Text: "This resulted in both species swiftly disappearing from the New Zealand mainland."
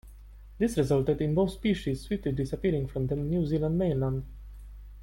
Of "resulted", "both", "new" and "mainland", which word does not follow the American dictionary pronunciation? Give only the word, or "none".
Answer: none